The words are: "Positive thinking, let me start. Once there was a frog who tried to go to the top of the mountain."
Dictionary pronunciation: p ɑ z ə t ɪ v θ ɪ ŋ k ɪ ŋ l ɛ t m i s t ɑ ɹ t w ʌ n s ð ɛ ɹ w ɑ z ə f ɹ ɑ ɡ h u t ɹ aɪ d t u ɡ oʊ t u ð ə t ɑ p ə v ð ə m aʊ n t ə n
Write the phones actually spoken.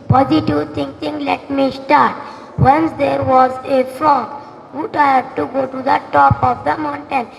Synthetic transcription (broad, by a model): p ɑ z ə t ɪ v t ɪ ŋ k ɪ ŋ l ɛ t m i s t ɑ ɹ t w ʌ n s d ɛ ɹ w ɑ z ə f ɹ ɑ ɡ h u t aɪ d t u ɡ oʊ t u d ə t ɑ p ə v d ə m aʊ n t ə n